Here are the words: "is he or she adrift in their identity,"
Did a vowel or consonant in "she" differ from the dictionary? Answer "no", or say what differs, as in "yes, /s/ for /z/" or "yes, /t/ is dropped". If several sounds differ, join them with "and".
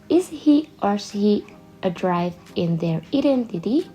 yes, /s/ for /ʃ/